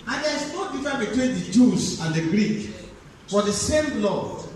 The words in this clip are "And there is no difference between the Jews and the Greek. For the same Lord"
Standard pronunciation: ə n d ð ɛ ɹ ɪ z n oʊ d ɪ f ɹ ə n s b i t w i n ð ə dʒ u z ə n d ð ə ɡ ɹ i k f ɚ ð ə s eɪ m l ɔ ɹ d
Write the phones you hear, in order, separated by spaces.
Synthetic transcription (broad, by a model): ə n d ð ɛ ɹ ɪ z n oʊ d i f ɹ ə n b i t w i n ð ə dʒ u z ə n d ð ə ɡ ɹ i k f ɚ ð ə s eɪ m l ɔ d